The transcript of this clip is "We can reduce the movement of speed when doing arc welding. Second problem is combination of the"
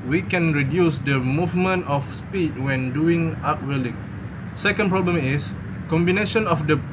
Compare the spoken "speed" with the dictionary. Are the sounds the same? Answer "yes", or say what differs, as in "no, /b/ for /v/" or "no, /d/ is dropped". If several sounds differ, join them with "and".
yes